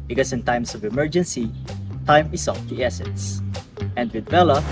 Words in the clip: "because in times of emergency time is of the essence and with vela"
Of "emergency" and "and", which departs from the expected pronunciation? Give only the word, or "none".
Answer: none